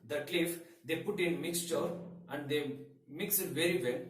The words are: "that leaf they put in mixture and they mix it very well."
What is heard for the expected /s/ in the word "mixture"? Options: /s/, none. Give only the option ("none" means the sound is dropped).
/s/